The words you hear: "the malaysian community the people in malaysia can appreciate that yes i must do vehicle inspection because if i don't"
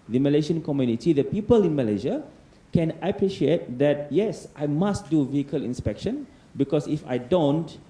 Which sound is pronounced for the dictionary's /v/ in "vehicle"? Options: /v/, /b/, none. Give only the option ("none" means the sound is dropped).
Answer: /v/